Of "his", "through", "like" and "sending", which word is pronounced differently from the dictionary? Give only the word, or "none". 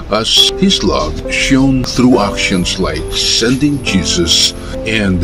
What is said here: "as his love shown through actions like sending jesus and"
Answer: none